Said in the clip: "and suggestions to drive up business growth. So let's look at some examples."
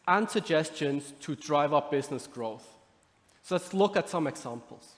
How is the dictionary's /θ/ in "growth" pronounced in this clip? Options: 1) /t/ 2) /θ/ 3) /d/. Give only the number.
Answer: 2